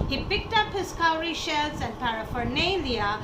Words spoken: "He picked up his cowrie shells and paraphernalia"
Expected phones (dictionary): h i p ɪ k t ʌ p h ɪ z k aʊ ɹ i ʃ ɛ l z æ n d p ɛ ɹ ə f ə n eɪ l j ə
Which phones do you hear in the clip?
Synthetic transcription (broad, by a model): h i p ɪ k t ʌ p h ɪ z k aʊ ɹ i ʃ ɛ l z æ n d p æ ɹ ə f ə n eɪ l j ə